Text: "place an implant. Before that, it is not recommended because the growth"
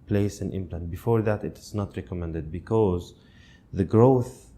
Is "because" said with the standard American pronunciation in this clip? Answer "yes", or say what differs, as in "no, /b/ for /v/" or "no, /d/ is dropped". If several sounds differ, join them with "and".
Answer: yes